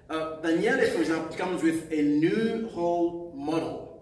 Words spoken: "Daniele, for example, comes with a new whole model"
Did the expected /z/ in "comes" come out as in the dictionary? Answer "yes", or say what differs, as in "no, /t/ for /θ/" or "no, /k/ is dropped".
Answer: yes